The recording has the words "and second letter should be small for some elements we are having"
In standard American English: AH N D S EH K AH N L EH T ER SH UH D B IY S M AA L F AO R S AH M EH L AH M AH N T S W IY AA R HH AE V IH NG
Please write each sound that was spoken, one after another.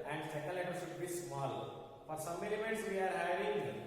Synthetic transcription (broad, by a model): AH N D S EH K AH L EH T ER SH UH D B IY S M AA L F AO R S AH M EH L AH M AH T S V IY AA R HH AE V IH NG